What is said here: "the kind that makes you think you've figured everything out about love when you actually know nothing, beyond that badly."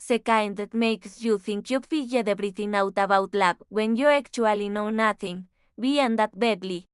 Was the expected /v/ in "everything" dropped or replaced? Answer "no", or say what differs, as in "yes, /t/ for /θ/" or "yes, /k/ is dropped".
yes, /b/ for /v/